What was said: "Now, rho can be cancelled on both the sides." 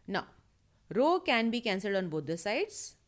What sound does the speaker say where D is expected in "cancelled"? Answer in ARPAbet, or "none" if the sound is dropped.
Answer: D